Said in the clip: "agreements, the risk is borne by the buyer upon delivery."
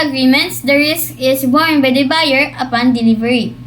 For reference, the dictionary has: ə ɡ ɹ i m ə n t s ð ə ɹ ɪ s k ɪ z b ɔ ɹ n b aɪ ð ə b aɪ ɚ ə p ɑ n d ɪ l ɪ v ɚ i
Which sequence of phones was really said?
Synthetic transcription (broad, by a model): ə ɡ ɹ i m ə n t s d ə ɹ ɪ s k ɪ s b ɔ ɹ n b aɪ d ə b aɪ ɚ ə p ɑ n d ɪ l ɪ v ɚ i